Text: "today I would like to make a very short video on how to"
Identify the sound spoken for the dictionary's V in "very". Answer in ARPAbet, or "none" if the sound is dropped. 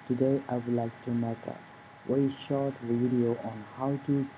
W